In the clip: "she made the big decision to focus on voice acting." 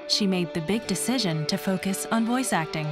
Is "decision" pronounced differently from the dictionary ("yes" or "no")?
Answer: no